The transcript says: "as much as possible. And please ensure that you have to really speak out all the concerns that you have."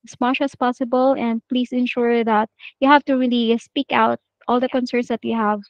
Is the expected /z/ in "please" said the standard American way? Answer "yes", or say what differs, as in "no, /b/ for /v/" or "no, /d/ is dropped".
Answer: no, /s/ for /z/